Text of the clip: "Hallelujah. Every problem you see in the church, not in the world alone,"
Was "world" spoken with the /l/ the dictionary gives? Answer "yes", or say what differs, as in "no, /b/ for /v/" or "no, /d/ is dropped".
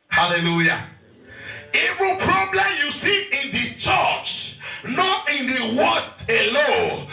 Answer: no, /l/ is dropped